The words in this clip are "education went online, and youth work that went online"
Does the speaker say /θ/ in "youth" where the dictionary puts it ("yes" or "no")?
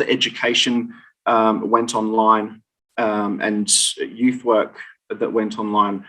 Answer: yes